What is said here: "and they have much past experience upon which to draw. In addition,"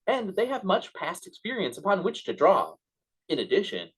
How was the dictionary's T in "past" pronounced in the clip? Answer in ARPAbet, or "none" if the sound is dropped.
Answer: T